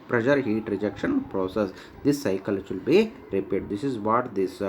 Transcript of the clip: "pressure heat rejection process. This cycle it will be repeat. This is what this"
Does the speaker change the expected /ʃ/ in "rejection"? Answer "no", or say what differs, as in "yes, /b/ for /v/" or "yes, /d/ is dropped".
no